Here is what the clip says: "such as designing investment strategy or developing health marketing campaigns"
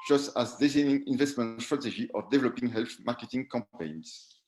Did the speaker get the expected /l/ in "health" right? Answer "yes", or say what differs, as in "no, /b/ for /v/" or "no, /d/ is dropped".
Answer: yes